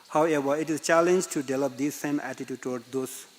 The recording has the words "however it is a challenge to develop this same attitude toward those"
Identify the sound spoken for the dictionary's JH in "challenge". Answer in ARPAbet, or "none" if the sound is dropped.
JH